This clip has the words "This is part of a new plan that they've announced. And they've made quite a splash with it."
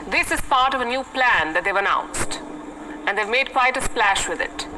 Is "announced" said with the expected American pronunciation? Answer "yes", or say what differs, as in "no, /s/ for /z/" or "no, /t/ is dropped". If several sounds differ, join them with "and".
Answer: yes